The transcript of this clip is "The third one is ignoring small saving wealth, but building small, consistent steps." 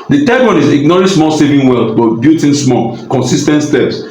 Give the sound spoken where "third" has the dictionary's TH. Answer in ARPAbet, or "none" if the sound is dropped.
T